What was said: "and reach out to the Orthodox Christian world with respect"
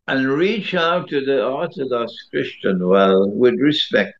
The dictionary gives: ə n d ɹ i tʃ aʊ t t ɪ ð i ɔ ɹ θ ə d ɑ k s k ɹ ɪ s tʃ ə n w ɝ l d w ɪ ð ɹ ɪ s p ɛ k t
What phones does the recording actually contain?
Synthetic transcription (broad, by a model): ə n ɹ i tʃ aʊ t t ɪ ð i ɔ ɹ θ ə d ɑ k s k ɹ ɪ s tʃ ə n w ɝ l w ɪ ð ɹ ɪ s p ɛ k t